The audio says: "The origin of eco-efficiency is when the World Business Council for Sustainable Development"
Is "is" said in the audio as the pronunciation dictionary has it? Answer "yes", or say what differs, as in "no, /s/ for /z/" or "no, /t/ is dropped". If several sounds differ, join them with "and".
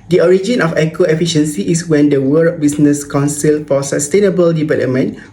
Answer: no, /s/ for /z/